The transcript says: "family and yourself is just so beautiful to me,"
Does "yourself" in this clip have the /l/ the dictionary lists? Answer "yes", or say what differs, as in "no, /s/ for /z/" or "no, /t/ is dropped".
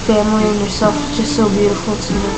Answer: no, /l/ is dropped